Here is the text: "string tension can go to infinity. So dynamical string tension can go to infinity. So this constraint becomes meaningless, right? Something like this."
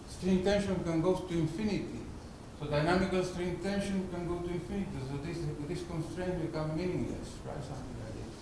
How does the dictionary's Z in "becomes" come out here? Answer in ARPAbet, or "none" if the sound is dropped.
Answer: none